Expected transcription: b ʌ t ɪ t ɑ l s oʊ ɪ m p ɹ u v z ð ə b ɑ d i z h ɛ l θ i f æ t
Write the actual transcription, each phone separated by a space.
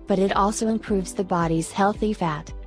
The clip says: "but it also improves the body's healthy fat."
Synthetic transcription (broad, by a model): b ʌ t ɪ t ɑ l s oʊ ɪ m p ɹ u v z ð ə b ɑ d i z h ɛ l θ i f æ t